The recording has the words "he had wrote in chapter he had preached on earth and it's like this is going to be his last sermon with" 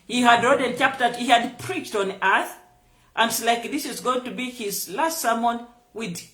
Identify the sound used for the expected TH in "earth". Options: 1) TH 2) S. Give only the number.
1